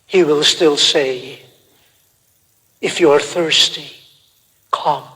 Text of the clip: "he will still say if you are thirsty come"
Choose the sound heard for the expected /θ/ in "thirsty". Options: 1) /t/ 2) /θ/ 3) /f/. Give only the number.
2